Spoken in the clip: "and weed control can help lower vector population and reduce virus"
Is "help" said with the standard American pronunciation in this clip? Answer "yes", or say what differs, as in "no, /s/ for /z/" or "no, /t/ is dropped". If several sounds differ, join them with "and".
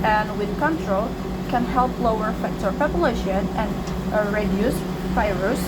yes